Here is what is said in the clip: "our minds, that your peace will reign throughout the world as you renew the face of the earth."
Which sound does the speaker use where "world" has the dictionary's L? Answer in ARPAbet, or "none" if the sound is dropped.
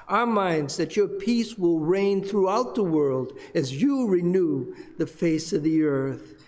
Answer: L